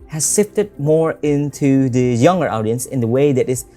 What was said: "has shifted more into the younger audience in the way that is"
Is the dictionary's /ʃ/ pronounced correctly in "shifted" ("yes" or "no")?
no